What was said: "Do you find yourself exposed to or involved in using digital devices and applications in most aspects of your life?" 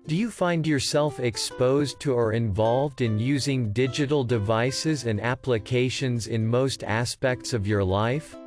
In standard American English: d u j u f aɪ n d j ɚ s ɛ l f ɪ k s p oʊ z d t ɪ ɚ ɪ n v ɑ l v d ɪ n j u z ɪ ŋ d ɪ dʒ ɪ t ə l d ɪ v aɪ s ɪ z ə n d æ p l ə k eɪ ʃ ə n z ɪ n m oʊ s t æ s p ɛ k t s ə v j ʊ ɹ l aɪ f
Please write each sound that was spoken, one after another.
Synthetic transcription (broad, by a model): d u j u f aɪ n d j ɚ s ɛ l f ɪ k s p oʊ z t ɪ ɚ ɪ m v ɑ l v d ɪ n j u z ɪ ŋ d ɪ dʒ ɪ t l d ɪ v aɪ s ɪ z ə n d æ p l ə k eɪ ʃ ə n z ɪ n m oʊ s t æ s p ɛ k t s ə v j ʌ ɹ l aɪ f